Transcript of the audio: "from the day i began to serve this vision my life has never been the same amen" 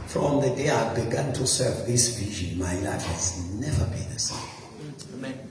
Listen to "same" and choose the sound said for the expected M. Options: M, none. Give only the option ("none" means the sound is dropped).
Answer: none